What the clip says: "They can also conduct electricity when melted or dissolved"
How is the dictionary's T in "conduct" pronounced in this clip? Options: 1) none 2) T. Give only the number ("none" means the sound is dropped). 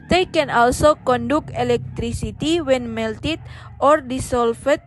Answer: 1